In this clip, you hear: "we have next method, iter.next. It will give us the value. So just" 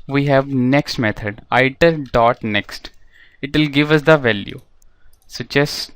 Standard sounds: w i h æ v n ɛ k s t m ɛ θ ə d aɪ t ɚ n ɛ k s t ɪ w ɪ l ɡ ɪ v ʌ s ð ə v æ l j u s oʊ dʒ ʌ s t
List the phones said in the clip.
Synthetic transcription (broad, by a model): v i h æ v n ɛ k s t m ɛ t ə d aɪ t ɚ n ɛ k s t ɪ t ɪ l ɡ ɪ v ʌ s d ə v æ l j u s oʊ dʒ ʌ s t